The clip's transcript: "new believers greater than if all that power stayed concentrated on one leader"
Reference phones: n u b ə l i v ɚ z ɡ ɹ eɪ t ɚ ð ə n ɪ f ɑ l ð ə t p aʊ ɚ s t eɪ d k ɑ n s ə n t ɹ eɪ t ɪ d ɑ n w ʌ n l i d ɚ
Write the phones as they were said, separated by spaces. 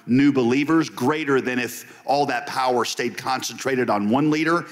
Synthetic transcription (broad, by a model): n u b ə l i v ɚ z ɡ ɹ eɪ t ɚ ð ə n ɪ f ɑ l ð ə t p aʊ ɚ s t eɪ d k ɑ n s ə n t ɹ eɪ t ɪ d n w ʌ n l i d ɚ